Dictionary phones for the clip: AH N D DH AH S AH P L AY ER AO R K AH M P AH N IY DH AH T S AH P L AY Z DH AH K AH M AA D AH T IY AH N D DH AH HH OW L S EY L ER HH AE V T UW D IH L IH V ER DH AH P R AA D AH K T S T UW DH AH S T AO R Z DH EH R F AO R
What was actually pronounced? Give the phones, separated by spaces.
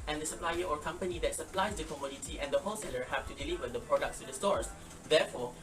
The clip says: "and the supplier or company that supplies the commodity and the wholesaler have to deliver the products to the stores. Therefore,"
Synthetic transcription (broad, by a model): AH N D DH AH S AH P L AY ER AO R K AH M P AH N IY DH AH T S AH P L AY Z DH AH K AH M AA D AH T IY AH N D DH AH HH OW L S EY L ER HH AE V T UW D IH L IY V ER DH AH P R AA D AH K T S T UW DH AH S T AO R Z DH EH F AO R